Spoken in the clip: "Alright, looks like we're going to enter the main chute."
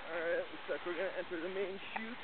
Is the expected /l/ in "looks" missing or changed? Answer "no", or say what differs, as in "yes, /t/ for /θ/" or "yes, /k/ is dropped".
yes, /w/ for /l/